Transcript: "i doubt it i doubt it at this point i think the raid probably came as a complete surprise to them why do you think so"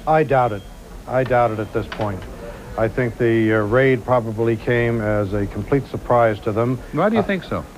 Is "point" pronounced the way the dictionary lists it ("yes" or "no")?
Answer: yes